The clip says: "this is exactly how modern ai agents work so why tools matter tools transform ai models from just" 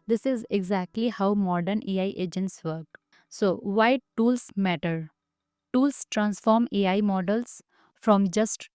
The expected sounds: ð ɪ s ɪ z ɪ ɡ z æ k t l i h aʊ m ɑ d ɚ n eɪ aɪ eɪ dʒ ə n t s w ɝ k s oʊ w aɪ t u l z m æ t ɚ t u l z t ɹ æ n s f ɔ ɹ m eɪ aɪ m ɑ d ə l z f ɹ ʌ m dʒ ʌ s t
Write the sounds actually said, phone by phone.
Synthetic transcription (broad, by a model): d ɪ s ɪ z ɪ ɡ z æ k t l i h aʊ m ɑ d ɚ n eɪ aɪ eɪ dʒ ə n t s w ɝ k s oʊ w aɪ t u l s m æ t ɚ t u l s t ɹ æ n s f ɔ ɹ m eɪ aɪ m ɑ d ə l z f ɹ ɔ m dʒ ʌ s t